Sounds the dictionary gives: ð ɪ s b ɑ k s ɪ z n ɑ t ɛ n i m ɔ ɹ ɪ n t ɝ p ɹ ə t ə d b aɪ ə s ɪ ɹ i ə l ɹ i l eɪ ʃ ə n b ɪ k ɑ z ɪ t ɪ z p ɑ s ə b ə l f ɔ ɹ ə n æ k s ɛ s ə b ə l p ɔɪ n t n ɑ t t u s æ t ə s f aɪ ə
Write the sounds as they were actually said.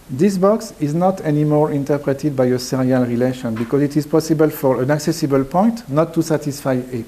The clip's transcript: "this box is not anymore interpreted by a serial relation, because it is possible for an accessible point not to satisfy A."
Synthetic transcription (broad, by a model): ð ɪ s b ɑ k s ɪ z n ɑ t ɛ n i m ɔ ɹ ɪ n t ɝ p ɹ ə t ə d b aɪ ə s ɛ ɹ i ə l ɹ i l eɪ ʃ ə n b ɪ k ɑ z ɪ t ɪ z p ɑ s ə b ə l f ɔ ɹ ə n æ k s ɛ s ə b ə l p ɔɪ n t n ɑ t t u s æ t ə s f aɪ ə